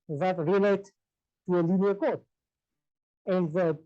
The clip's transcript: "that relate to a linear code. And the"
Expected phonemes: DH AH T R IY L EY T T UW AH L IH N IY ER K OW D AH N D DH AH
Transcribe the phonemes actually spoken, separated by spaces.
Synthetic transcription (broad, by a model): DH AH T R IY L EY T T UW AH L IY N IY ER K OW AH N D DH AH